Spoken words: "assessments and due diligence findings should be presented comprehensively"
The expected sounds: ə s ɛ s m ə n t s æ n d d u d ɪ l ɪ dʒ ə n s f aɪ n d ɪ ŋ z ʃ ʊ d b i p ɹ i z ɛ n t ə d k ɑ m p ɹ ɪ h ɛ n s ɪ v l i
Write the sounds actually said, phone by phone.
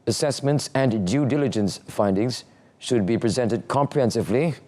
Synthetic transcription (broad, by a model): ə s ɛ s m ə n t s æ n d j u d ɪ l ɪ dʒ ə n s f aɪ n d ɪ ŋ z ʃ ʊ d b i p ɹ i z ɛ n t ə d k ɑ m p ɹ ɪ h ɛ n s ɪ v l i